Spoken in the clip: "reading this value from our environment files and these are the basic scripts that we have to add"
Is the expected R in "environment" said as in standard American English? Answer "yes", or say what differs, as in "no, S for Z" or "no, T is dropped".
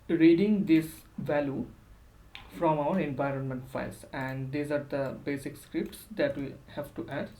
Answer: yes